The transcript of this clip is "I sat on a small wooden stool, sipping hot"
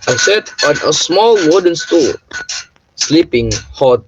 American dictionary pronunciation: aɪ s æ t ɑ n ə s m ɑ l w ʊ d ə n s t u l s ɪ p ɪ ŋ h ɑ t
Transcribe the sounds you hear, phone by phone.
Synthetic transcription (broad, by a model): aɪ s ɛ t ɑ n ə s m ɑ l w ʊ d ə n s t u l s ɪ p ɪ ŋ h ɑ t